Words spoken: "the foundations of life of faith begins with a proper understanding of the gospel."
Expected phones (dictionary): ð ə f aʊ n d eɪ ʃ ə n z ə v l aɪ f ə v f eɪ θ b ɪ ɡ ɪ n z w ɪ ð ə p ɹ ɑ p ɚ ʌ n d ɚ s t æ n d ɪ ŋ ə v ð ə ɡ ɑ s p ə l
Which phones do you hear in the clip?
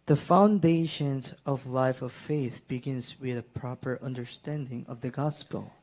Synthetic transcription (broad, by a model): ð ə f aʊ n d eɪ ʃ ə n z ə v l aɪ f ə v f eɪ θ b ɪ ɡ ɪ n z w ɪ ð ə p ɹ ɑ p ɚ ʌ n d ɚ s t æ n d ɪ ŋ ə v ð ə ɡ ɑ s p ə l